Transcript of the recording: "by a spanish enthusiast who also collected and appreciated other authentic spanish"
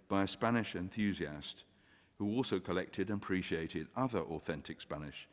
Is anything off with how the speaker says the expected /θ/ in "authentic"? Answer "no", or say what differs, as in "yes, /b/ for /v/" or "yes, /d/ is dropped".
no